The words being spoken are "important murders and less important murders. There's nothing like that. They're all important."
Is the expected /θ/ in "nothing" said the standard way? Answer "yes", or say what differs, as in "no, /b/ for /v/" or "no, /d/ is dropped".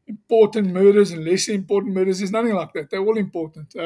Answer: yes